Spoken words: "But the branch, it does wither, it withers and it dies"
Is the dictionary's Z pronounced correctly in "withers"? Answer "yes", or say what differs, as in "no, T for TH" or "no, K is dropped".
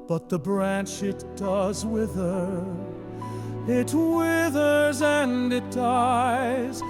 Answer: yes